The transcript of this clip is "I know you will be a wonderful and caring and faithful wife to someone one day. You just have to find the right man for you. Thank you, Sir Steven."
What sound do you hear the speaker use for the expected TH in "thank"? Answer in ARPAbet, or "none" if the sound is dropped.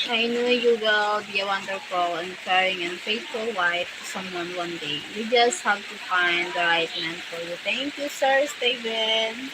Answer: T